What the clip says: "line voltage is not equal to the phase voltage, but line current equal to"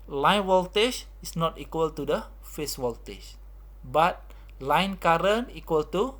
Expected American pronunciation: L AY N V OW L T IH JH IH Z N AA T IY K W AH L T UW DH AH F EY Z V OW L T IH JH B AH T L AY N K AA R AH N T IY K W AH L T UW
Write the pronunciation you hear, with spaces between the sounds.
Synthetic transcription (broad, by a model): L AY N W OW L T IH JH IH S N AA T IY K W AH L T UW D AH F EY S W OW L T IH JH B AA T L AY N K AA R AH N IY K W AH L T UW